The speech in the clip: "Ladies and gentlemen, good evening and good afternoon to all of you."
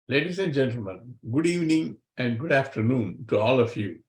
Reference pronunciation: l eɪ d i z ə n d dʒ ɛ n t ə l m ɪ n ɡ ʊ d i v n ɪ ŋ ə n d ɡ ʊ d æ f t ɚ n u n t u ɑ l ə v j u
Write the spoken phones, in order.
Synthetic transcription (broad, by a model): l eɪ d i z ə n d dʒ ɛ n t ə l m ɪ n ɡ ʊ d i v n ɪ ŋ ə n d ɡ ʊ d æ f t ɚ n u n t u ɑ l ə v j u